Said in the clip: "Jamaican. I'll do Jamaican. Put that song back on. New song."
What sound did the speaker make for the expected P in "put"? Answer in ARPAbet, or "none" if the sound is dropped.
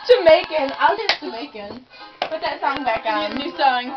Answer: B